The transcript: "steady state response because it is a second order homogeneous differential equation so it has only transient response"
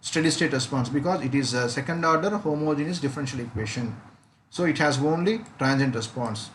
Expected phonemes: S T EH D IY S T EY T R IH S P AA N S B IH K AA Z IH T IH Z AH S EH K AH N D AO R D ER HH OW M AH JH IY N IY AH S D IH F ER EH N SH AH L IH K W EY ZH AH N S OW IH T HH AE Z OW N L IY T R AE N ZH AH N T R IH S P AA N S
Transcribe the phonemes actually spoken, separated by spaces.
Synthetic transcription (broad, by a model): S T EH D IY S T EY T R IH S P AA N S B IH K AA Z IH T IH Z AH S EH K AH N D AO R D ER HH OW M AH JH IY N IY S D IH F ER EH N SH AH L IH K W EY SH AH N S OW IH T HH AE Z OW N L IY T R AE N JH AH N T R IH S P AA N S